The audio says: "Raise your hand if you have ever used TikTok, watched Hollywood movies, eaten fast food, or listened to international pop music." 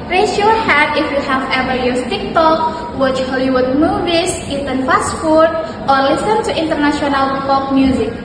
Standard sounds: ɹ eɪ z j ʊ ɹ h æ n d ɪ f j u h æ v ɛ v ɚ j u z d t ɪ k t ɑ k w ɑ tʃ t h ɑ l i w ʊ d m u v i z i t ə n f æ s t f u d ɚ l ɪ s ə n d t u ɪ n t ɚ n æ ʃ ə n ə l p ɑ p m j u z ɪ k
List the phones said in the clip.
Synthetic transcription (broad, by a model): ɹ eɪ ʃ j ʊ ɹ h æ d ɪ f j u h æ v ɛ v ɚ j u t ɪ k t ɑ k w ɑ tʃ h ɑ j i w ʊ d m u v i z i t ə n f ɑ s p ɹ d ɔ l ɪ s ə n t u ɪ n t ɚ n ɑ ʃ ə n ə l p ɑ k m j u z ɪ k